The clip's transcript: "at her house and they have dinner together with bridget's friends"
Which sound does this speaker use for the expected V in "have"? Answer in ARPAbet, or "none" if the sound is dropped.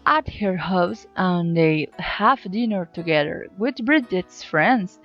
F